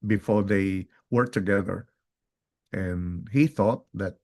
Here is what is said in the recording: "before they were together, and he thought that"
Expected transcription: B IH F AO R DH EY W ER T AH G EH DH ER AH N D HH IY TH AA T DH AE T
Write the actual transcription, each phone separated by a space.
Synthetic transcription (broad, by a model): B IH F AO R DH EY W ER T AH G EH DH ER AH N HH IY TH AA T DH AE T